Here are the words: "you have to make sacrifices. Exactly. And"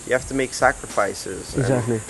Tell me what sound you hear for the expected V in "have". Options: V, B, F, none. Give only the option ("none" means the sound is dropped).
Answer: F